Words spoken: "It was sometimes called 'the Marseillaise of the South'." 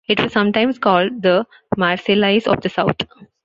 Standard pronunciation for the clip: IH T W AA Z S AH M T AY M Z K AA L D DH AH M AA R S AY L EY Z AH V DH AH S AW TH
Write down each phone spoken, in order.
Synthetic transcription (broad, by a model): IH T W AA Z S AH M T AY M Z K AA L D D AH M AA R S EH L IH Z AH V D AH S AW T